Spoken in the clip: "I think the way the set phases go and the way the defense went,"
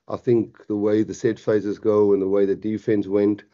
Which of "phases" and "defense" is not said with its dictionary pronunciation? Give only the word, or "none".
none